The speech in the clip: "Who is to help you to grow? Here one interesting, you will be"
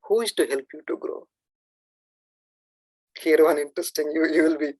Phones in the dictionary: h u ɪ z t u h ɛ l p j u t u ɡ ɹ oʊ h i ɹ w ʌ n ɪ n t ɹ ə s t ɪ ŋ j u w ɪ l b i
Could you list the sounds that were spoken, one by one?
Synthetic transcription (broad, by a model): h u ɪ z t u h ɛ l p j u t u ɡ ɹ oʊ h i ɹ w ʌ n ɪ n t ɹ ə s t ɪ ŋ j u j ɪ l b i